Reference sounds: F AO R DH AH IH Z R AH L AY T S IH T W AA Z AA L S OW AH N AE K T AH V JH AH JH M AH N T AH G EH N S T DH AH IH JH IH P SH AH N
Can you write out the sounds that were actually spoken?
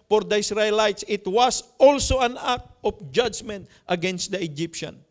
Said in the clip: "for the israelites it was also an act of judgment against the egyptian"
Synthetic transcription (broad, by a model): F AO R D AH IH S R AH L AY T S IH T W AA S AA L S OW AH N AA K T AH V JH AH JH M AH N T AH G EH N S T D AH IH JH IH P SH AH N